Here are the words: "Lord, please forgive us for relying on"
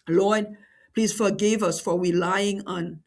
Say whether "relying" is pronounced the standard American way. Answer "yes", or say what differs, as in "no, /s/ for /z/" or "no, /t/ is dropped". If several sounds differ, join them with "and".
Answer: no, /w/ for /ɹ/